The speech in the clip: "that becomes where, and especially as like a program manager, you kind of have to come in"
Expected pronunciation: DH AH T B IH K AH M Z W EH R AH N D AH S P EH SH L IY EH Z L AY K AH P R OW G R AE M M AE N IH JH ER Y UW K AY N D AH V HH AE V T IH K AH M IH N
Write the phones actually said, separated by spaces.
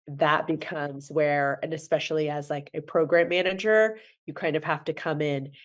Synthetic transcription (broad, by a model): DH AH T B IH K AH M Z W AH R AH N AH S P EH SH L IY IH Z L AY K AH P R OW G R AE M M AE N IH JH ER Y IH K AY N D AH V HH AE F T IH K AH M IH N